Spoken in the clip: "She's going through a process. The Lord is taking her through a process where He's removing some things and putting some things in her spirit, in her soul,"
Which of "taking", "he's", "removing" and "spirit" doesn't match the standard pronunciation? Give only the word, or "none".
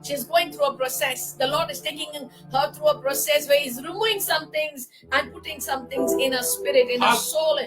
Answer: removing